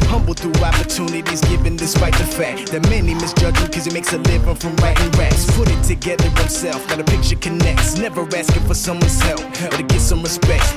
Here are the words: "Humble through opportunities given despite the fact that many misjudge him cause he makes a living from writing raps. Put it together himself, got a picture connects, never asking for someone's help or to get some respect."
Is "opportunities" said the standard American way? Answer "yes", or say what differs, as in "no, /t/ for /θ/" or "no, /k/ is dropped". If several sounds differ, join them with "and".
yes